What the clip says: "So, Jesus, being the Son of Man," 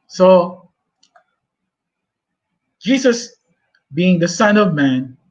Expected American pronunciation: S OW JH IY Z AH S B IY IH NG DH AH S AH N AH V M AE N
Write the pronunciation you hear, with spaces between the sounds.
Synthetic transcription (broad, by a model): S OW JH IY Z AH S B IY IH NG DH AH S AH N AH V M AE N